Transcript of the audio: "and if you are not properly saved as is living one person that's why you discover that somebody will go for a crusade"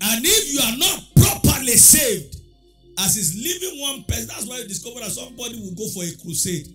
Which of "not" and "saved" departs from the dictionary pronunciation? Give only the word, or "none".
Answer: none